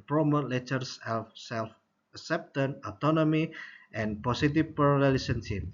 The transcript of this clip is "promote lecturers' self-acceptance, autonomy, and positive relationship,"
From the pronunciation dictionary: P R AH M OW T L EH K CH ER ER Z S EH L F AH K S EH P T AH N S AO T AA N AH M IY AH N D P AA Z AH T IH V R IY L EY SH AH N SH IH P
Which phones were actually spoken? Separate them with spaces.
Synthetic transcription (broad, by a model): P R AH M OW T L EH CH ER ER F S EH L F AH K S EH P T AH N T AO T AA N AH M IY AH N P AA S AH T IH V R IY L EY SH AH N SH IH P